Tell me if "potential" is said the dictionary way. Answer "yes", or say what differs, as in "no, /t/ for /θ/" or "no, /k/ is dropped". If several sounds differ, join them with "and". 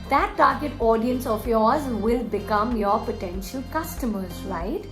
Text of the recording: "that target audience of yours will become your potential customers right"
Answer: yes